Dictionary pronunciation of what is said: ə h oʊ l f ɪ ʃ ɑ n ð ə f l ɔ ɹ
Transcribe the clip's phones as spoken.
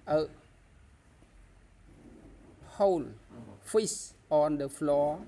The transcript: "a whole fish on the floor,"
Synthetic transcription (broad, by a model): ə h oʊ l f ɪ s ɑ n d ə f l ɔ